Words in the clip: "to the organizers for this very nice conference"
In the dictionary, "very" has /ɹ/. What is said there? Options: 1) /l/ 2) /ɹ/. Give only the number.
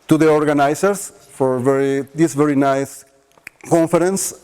2